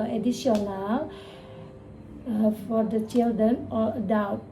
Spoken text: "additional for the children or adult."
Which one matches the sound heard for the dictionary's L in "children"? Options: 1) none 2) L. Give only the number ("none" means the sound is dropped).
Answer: 2